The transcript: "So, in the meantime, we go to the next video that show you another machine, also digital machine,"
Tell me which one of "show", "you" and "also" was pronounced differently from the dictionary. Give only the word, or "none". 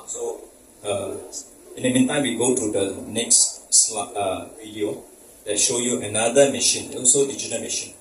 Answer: none